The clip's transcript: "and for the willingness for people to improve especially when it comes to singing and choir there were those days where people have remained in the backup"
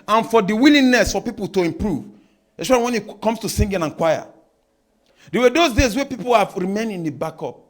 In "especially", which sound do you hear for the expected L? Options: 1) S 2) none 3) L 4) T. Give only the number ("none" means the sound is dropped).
2